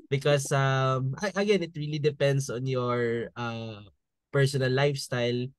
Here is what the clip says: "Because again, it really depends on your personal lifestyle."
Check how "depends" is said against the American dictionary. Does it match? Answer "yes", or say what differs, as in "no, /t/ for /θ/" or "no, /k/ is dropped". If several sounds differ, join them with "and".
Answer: no, /s/ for /z/